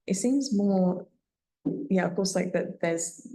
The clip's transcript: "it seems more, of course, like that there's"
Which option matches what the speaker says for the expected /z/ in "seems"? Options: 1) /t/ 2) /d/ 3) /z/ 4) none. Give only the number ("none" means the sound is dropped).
3